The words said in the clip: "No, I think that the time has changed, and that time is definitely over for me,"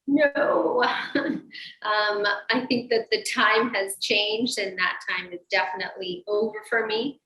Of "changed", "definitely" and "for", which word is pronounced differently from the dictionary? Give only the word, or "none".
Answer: none